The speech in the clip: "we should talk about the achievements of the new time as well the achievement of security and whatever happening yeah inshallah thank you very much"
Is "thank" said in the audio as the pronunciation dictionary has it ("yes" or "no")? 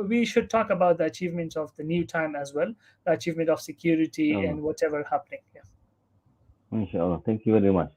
no